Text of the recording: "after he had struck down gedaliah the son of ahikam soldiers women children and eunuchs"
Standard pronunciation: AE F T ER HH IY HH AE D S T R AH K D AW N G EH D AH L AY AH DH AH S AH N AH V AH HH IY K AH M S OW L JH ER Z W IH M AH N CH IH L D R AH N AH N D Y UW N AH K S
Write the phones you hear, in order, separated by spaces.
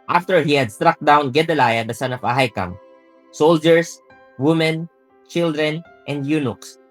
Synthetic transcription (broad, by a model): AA F T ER HH IY HH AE D S T R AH K D AW N G EH D AH L AY AH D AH S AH N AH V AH HH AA K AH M S OW L JH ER S W IH M AH N CH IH L D R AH N AH N D Y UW N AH K S